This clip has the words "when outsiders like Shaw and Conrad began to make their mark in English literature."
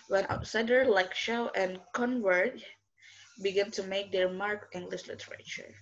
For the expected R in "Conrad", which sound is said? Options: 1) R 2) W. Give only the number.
2